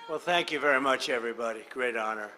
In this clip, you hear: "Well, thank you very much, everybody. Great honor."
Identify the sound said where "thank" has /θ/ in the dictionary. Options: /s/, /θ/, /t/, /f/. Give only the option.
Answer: /θ/